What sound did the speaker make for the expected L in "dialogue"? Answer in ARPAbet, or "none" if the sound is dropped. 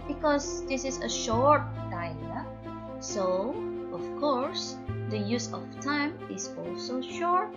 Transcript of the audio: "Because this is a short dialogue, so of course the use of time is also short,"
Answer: none